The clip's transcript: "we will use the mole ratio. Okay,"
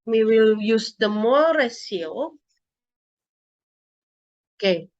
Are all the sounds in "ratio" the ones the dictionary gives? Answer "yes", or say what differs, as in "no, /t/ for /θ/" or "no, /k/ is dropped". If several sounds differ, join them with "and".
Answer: no, /s/ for /ʃ/